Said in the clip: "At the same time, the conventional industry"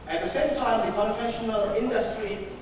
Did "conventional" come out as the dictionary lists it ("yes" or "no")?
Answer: no